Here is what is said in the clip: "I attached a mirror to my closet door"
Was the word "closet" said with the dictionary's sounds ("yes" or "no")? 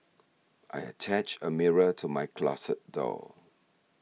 no